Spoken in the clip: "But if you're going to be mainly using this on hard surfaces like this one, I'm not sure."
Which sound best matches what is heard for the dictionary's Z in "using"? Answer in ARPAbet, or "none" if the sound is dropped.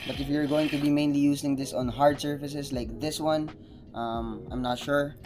S